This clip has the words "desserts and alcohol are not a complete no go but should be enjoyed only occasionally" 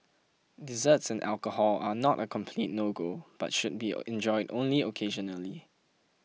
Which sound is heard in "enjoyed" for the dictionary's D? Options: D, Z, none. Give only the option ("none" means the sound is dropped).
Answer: D